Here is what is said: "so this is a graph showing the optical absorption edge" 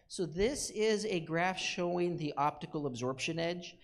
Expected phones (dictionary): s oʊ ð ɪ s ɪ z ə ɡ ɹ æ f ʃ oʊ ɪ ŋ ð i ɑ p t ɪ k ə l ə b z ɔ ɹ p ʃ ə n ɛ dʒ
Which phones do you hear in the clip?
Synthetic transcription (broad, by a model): s oʊ ð ɪ s ɪ z ə ɡ ɹ æ f ʃ oʊ ɪ ŋ ð i ɑ p t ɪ k l ə b z ɔ ɹ p ʃ ə n ɛ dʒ